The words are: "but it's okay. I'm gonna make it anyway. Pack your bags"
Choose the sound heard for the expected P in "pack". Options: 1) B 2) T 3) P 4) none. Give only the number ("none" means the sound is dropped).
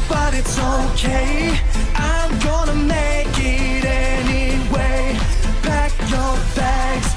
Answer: 1